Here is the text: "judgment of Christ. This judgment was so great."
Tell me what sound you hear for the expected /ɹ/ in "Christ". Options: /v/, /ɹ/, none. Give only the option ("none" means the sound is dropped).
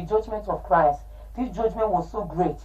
/ɹ/